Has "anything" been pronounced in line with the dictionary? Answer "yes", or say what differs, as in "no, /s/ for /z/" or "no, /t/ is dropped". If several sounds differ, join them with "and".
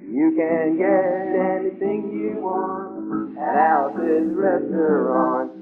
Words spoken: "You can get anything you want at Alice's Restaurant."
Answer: yes